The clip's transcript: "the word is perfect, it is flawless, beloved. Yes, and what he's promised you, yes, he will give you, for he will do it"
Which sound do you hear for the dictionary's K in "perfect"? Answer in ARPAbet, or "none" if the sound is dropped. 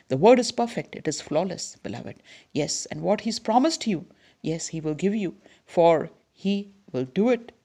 K